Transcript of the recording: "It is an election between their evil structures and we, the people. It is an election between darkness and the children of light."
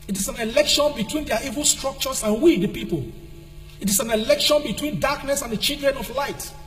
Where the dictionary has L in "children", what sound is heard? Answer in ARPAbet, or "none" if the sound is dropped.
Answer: none